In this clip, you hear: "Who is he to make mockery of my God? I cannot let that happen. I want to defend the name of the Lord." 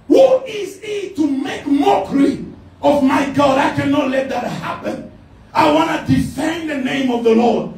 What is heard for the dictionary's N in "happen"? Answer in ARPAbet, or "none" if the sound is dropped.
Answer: N